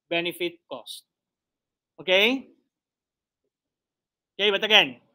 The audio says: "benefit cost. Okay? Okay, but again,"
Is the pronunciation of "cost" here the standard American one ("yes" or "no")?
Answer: yes